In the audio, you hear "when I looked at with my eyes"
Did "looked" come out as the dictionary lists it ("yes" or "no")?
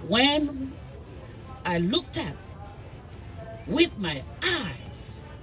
yes